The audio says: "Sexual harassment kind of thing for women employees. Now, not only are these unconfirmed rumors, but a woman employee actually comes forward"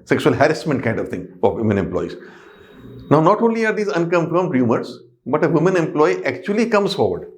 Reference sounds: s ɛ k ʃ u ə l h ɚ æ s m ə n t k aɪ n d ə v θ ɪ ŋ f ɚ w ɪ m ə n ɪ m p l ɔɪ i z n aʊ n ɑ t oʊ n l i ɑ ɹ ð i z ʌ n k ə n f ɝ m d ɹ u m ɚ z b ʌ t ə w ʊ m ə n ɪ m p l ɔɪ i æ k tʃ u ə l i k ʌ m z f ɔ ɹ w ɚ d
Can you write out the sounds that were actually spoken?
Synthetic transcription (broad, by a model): s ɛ k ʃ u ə l h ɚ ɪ s m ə n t k aɪ n d ə v t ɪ ŋ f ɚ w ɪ m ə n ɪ m p l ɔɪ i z n aʊ n ɑ t oʊ n l i ɑ ɹ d i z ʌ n k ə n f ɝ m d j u m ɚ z b ʌ t ə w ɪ m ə n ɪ m p l ɔɪ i æ k tʃ u ə l i k ʌ m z f ɔ ɹ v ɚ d